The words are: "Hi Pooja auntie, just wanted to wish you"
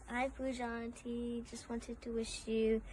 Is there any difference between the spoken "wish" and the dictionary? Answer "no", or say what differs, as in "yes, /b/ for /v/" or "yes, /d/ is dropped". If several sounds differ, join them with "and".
no